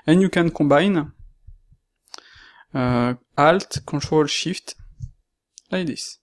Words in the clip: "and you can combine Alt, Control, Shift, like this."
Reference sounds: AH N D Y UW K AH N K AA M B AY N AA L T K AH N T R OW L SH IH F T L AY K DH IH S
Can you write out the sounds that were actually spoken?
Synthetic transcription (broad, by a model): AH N Y UW K AH N K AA B AY N AA L T K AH T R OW L SH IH F T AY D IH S